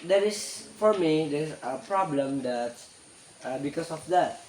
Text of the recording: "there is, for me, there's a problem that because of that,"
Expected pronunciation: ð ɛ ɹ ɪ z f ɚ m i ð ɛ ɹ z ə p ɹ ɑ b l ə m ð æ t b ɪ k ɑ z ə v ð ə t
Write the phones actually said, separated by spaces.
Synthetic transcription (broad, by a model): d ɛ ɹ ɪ s f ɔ m i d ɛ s ə p ɹ ɑ b l ə m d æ t b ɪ k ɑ s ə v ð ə t